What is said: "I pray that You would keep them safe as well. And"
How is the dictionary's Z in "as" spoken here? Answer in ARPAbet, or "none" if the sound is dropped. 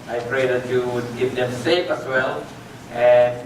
S